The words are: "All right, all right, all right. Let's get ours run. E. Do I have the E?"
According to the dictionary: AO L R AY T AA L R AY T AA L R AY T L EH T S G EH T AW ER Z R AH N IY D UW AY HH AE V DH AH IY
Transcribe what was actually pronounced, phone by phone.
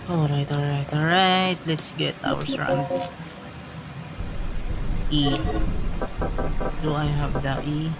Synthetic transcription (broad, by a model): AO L R AY T AA L R AY T AA L R AY T L EH T S G EH T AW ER S R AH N IY D UW AY HH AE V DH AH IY